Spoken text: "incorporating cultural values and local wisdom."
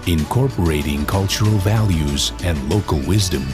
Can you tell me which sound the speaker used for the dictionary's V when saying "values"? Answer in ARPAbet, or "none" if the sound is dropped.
V